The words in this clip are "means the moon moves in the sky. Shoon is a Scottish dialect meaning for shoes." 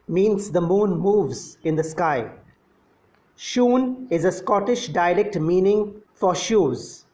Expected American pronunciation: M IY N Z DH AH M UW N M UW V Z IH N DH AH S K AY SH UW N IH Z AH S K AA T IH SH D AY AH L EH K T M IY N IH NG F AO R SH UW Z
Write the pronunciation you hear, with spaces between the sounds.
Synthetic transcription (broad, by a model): M IY N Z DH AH M UW N M UW V Z IH N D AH S K AY SH UW N IH Z AH S K AA T IH SH D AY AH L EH K T M IY N IH NG F AO R SH UW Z